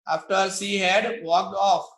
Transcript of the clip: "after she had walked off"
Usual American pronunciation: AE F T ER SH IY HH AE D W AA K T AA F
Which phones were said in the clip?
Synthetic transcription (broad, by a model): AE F T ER S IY HH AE D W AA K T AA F